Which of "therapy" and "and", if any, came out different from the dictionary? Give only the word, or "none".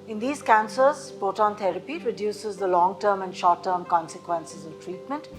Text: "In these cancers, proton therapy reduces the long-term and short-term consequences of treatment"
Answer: therapy